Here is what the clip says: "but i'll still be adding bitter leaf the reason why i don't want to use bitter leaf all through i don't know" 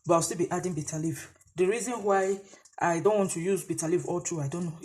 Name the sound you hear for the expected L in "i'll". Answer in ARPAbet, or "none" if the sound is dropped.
W